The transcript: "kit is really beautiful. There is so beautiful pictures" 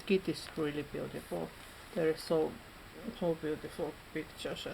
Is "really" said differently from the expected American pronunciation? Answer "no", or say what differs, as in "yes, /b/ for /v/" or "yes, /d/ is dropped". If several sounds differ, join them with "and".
no